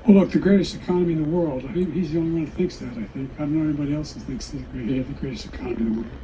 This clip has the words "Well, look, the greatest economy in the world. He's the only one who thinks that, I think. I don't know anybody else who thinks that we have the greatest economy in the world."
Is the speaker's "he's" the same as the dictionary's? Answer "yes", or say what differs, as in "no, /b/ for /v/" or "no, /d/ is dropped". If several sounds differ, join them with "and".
yes